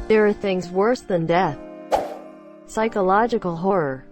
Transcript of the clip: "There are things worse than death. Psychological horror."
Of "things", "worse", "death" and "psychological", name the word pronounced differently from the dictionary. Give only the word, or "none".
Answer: none